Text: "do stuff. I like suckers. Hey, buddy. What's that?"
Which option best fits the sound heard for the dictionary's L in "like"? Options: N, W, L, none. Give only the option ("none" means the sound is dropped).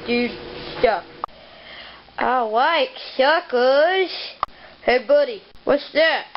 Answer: W